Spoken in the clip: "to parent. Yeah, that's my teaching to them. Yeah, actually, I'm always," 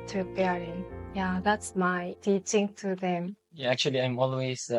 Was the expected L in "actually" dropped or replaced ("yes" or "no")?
no